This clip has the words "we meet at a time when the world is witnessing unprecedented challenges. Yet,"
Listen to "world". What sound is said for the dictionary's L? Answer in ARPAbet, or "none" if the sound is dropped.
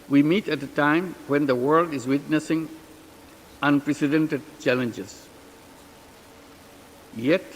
L